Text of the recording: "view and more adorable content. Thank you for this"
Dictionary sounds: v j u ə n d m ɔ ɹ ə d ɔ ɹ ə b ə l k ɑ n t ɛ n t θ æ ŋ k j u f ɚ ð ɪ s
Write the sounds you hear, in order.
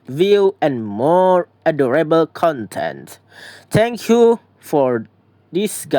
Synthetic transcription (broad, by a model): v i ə n m ɔ ɹ ə d ɔ ɹ ə b ə l k ɑ n t ɛ n t t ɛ ŋ k j u f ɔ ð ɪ s